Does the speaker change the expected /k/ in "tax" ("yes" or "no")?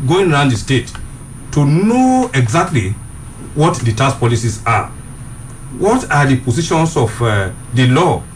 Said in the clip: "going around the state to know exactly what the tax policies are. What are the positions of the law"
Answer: yes